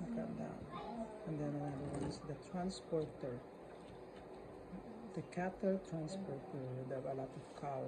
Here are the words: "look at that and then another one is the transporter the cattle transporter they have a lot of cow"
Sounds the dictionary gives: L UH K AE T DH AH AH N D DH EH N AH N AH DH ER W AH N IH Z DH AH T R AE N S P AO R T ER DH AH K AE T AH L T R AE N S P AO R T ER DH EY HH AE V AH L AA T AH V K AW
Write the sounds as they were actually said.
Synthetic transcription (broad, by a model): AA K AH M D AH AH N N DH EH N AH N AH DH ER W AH IH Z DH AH T R AE N S P AO R T ER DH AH K AE T AH L T R AE N S P AO R T ER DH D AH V AH L AA T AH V K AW